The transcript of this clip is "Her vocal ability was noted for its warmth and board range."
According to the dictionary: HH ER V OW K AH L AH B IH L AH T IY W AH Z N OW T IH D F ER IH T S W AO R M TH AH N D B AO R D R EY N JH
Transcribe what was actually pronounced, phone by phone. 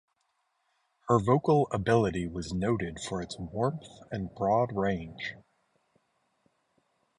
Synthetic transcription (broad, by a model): HH ER V OW K L AH B IH L AH T IY W AH Z N OW T IH D F ER IH T S W AO R M TH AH N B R AO D R EY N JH